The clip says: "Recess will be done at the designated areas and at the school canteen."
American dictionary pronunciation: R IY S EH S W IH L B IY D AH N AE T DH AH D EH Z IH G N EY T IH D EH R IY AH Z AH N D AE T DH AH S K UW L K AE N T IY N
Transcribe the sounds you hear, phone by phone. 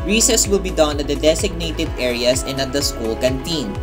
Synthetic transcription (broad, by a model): R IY S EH S W IH L B IY D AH N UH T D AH D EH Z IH G N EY T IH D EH R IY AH S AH N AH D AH S K UW L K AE N T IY N